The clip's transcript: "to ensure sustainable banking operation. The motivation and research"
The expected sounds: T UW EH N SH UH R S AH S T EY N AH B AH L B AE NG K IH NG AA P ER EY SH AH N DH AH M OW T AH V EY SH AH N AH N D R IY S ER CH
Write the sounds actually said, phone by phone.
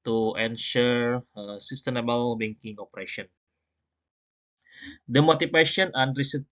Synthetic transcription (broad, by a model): T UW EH N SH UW R S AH S T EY N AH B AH L B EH NG K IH NG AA P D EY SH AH N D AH M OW T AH P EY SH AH N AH N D R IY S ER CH